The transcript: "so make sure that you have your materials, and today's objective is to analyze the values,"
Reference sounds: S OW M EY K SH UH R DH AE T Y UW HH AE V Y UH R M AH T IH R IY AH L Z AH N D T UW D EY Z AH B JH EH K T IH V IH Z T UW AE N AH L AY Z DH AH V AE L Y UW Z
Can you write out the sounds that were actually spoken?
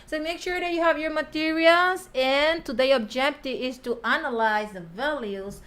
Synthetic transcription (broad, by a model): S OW M EY K SH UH R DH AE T Y UW HH AE V Y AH R M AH T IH R IY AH L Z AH N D T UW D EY AH B JH EH K T IH V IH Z T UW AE N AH L AY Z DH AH V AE L Y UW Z